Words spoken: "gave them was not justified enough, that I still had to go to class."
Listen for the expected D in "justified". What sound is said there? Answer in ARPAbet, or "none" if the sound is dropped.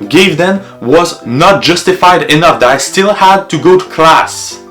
D